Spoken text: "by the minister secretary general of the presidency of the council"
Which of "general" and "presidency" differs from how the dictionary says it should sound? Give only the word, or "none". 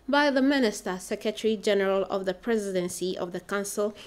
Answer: none